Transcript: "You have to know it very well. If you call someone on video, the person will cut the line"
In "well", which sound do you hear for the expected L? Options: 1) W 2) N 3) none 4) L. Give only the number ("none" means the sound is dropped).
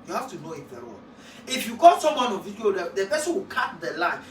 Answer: 2